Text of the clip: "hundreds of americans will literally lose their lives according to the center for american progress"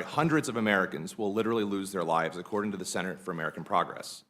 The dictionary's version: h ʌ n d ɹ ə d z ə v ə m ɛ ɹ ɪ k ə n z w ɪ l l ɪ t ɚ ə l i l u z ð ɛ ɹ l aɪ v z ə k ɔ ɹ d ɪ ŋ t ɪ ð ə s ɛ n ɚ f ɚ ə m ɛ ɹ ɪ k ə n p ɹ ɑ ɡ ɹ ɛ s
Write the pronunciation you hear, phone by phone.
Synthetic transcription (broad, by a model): h ʌ n d ɹ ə d z ə v ə m ɛ ɹ ɪ k ə n z w ɪ l l ɪ t ɚ l i l u z ð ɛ ɹ l aɪ v z ə k ɔ ɹ d ɪ ŋ t ɪ ð ə s ɛ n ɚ f ɚ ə m ɛ ɹ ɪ k n p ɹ ɑ ɡ ɹ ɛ s